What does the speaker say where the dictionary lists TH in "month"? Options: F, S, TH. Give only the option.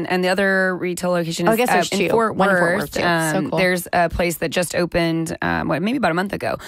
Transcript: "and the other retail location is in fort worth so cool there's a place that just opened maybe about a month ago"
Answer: TH